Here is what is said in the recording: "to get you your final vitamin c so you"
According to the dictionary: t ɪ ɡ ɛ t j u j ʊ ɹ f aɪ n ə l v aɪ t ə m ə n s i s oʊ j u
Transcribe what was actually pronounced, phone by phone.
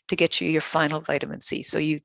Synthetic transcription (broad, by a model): t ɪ ɡ ɛ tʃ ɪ j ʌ ɹ f aɪ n l v aɪ t ə m ə n s i s oʊ j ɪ